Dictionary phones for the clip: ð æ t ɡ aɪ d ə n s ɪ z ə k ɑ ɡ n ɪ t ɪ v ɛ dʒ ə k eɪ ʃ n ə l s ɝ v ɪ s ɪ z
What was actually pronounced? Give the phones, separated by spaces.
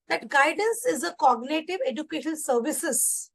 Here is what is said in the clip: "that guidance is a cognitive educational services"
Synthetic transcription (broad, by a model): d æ t ɡ aɪ d ə n s ɪ z ə k ɑ ɡ n ɪ t ɪ v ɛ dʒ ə k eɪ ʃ ə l s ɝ v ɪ s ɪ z